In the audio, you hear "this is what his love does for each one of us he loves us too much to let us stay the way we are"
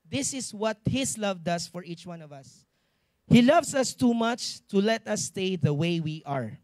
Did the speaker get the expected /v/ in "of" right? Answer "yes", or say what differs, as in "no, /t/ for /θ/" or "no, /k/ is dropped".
yes